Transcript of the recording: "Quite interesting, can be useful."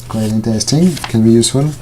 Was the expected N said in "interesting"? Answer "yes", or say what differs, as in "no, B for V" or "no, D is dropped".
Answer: yes